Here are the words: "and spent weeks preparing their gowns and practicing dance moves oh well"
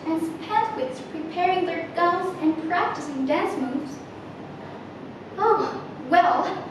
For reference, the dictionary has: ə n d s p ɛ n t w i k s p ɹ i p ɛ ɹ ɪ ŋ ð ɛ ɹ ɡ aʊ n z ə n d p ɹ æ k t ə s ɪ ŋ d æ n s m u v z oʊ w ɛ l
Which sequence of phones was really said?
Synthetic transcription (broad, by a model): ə n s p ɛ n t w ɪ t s p ɹ i p ɛ ɹ ɪ ŋ ð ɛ ɹ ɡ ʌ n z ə n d p ɹ æ k t ə s ɪ ŋ d æ n s m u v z oʊ w ɛ l